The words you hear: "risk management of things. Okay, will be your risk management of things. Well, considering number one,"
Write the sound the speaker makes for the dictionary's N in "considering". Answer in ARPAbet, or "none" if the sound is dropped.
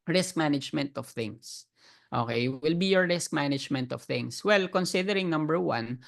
N